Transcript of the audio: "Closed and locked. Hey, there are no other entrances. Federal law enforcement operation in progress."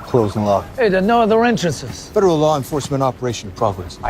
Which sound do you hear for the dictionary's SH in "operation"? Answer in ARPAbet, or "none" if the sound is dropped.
none